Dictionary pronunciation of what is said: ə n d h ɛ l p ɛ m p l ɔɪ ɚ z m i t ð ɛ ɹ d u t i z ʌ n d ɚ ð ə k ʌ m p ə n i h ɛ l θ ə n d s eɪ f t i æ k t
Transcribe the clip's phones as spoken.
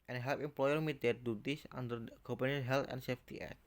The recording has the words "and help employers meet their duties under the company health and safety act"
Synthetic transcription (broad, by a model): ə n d h ɛ l p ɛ m p l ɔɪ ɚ m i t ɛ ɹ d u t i s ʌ n d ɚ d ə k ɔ p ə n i h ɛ l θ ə n s eɪ f t i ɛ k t